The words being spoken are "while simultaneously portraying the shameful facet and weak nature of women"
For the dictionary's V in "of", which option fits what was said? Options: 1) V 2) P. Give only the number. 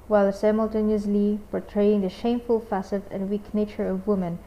1